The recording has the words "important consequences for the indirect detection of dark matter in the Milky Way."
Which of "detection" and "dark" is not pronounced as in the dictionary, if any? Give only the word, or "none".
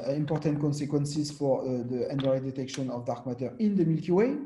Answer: none